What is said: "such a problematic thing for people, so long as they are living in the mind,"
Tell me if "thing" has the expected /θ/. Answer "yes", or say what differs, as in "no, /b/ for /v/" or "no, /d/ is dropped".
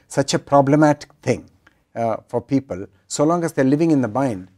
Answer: no, /t/ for /θ/